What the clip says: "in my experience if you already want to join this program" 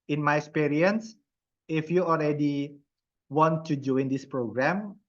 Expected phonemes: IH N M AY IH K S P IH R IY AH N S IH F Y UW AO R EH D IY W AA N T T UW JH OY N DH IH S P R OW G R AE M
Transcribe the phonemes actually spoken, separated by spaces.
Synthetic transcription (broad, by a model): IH N M AY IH K S P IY R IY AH N S IH F Y UW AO L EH D IY W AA N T T UW JH OY N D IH S P R OW G R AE M